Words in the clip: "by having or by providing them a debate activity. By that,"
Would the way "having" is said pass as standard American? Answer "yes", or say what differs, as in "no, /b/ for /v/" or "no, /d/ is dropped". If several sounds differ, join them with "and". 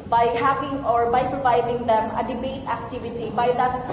no, /p/ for /v/